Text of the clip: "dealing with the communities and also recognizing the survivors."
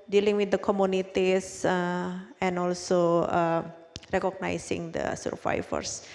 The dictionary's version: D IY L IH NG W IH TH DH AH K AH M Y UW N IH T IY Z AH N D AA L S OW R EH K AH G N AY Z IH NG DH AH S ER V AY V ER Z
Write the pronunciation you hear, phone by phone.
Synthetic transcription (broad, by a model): D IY L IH NG W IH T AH K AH M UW N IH T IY S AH N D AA L S OW R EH K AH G N AY S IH NG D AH S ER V AY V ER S